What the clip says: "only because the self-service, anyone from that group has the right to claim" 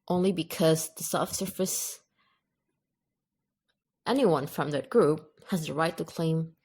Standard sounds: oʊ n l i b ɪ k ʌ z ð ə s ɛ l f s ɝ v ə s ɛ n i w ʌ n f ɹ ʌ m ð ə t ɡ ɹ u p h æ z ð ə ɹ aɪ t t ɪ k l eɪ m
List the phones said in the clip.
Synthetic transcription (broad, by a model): oʊ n l i b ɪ k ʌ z ð ə s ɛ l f s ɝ f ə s ɛ n i w ʌ n f ɹ ʌ m ð ə t ɡ ɹ u p h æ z ð ə ɹ aɪ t t ɪ k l eɪ m